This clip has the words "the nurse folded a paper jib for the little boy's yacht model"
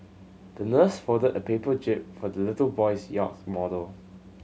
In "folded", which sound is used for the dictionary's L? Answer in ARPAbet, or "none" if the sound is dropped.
none